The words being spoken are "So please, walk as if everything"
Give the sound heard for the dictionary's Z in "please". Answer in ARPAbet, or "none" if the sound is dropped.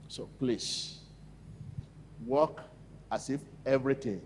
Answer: S